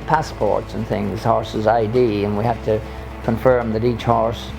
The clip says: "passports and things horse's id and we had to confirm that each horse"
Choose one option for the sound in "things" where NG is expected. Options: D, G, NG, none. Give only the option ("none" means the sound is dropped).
NG